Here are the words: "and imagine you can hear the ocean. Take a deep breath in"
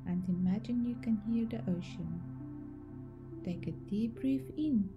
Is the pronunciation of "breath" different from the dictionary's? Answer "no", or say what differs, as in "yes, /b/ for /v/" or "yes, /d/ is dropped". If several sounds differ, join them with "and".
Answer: yes, /f/ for /θ/